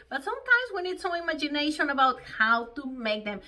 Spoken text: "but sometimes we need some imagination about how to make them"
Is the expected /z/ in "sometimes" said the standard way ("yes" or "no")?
yes